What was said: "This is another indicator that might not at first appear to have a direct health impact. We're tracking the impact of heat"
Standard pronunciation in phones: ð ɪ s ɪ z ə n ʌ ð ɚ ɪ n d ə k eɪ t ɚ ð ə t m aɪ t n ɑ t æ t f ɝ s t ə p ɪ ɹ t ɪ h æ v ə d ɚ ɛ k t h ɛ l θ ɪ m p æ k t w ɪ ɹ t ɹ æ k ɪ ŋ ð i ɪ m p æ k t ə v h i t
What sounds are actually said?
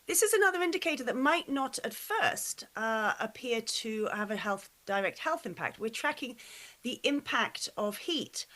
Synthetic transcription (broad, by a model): ð ɪ s ɪ z ə n ʌ ð ɚ ɪ n d ə k eɪ t ɚ ð ə t m aɪ t n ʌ t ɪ t f ɝ s t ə p ɪ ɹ t ɪ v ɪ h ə d ɚ ɛ k t h ɛ l θ ɪ m p æ k t w ɪ ɹ t ɹ æ k ɪ ŋ ð i ɪ m p æ k t ə v h i t